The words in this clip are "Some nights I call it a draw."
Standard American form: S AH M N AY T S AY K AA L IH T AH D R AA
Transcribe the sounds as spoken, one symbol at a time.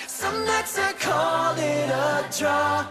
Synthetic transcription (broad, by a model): S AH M L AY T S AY K AA L IH T AH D R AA